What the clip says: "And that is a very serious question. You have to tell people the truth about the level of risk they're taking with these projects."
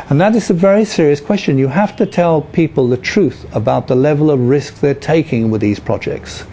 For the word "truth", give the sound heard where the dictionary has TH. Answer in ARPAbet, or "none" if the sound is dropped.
TH